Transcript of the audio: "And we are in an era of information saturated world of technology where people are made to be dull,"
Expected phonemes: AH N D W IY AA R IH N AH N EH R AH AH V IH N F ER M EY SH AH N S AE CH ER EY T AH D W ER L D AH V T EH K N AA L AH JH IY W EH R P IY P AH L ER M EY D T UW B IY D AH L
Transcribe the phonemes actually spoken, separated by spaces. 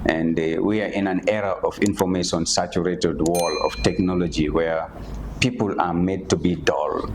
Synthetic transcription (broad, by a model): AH N D W IY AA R IH N AH N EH R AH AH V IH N F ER M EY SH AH N S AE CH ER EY T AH D W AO L AH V T EH K N AA L AH JH IY W EH R P IY P AH L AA M EY D T UW B IY D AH L